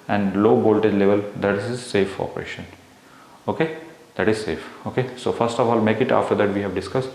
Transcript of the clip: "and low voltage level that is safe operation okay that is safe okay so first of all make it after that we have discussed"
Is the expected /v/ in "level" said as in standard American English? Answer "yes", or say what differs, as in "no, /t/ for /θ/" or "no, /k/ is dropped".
yes